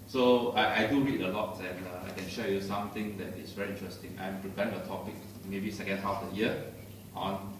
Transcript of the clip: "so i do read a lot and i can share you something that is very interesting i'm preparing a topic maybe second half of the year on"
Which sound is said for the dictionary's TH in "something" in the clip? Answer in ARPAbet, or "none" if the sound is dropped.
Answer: T